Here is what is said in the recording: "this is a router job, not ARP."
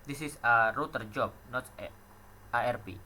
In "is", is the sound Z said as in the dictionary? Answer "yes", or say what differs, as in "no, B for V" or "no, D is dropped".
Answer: no, S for Z